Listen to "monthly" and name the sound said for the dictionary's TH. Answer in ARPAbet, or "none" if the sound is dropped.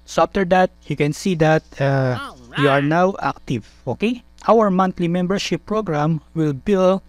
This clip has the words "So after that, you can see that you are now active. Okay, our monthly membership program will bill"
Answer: T